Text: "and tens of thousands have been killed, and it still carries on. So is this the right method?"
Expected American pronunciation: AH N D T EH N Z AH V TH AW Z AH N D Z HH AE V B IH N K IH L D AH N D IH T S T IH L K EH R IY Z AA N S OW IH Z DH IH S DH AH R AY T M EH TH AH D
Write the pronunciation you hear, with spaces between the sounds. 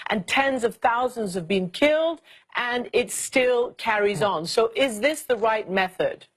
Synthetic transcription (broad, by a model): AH N T EH N Z AH V TH AW Z AH N D Z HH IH V B IH N K IH L D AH N IH T S T IH L K EH R IY Z N S OW IH Z DH IH S DH AH R AY T M EH TH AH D